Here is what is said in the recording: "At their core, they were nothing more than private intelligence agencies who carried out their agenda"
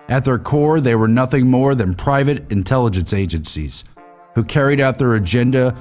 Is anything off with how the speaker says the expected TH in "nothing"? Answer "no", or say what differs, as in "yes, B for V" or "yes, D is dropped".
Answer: no